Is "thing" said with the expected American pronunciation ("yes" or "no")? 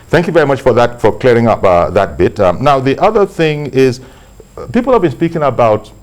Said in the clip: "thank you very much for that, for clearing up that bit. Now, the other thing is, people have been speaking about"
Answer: yes